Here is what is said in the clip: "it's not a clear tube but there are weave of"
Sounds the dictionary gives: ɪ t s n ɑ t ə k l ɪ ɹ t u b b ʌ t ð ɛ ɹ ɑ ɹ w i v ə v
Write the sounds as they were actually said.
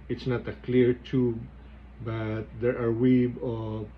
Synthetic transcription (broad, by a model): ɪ t s n ɑ t ə k l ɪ ɹ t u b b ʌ t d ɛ ɹ ɑ ɹ w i b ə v